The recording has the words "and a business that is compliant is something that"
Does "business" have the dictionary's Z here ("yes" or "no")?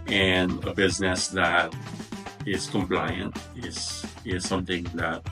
yes